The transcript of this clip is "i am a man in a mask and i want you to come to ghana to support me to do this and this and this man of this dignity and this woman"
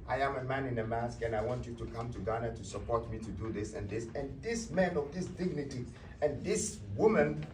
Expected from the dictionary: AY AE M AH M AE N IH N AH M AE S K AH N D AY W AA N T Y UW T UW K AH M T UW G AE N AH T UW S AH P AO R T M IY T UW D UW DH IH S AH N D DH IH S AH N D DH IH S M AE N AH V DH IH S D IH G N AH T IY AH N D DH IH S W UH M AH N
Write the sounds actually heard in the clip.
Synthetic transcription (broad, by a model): AY AE M AH M AE N IH N AH M AE S K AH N AY W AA N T Y UW T UW K AH M T UW G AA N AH T UW S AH P AO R T M IY T UW D UW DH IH S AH N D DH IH S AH N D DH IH S M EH N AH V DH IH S D IH G N AH T IY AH N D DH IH S W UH M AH N